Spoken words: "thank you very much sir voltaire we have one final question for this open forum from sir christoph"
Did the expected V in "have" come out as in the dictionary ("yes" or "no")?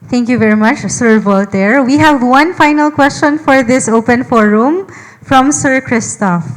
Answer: yes